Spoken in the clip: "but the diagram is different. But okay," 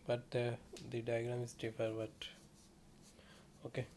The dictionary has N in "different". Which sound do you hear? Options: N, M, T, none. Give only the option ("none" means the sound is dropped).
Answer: none